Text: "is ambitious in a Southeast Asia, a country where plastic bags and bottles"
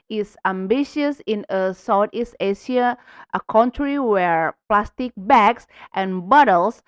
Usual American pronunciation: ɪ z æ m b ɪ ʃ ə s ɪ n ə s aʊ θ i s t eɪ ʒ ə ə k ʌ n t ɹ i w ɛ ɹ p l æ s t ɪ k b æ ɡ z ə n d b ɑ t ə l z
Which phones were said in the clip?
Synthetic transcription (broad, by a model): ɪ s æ m b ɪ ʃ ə s ɪ n ə s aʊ t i s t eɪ ʃ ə ə k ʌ n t ɹ i w ɛ ɹ p l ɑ s t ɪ k b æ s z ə n b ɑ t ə l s